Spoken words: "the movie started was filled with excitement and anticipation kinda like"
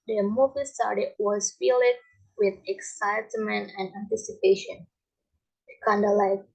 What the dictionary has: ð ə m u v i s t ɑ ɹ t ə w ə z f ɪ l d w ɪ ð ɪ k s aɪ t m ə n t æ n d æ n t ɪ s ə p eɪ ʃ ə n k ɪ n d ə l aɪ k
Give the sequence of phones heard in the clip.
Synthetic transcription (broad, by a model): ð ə m u v i s t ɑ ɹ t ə w ə z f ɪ l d w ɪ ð ɪ k s aɪ t m ə n t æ n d æ n t ɪ s ə p eɪ ʃ ə n k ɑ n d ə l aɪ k